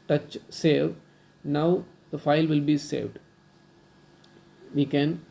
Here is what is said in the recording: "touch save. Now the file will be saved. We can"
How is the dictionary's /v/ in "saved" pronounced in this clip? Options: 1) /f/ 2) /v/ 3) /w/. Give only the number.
2